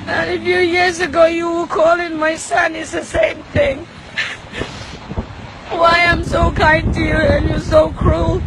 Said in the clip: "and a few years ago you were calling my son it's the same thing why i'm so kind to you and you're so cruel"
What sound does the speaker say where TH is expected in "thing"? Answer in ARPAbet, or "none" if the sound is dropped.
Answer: TH